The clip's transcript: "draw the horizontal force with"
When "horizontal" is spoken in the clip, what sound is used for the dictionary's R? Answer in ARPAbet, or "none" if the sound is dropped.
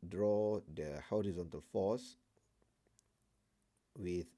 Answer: R